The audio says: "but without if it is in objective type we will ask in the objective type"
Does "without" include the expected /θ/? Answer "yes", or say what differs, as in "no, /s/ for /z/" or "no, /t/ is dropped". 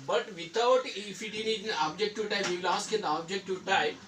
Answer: no, /t/ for /θ/